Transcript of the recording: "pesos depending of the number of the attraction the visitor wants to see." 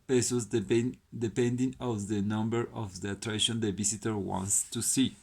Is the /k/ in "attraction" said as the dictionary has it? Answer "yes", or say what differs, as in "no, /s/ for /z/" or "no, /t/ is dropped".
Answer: no, /k/ is dropped